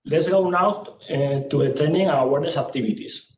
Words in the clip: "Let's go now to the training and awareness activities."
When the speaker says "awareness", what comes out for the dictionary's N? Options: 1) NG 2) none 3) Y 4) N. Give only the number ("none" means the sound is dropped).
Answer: 2